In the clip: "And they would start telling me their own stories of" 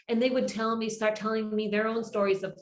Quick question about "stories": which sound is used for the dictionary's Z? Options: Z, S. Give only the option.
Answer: Z